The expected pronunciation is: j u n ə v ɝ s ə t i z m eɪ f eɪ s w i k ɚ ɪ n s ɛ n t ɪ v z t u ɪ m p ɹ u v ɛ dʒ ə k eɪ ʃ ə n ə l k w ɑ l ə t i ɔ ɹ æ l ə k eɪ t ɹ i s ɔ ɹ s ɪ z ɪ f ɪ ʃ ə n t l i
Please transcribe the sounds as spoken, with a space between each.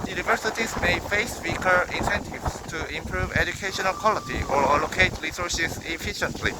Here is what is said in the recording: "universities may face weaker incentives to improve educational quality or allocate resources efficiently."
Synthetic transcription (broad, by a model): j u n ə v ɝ s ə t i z m eɪ f eɪ s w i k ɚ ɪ n s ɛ n t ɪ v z t u ɪ m p ɹ u v ɛ dʒ ə k eɪ ʃ ə n ə l k w ɑ l ə t i ɔ ɹ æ l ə k eɪ t ɹ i s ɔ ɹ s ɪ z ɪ f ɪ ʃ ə n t l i